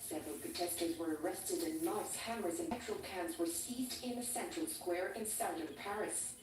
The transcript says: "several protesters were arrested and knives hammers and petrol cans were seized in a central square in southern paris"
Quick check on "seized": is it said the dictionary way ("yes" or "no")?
yes